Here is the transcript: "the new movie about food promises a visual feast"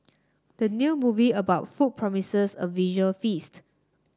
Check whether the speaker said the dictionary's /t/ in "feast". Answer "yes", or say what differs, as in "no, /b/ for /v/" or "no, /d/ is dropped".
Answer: yes